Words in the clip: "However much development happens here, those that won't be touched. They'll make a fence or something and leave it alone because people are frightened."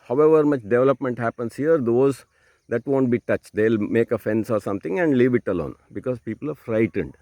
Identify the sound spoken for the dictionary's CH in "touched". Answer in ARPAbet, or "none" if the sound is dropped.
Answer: CH